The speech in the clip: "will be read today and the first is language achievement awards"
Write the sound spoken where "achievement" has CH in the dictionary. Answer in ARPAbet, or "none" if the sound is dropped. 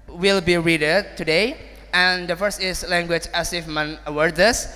S